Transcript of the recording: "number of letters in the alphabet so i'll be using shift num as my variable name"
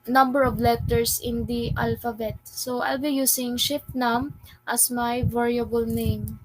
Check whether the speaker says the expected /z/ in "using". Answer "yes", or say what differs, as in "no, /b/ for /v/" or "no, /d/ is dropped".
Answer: no, /s/ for /z/